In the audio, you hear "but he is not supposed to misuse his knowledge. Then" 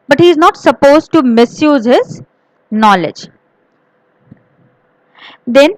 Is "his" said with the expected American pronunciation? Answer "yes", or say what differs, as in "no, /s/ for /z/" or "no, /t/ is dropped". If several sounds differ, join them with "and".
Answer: yes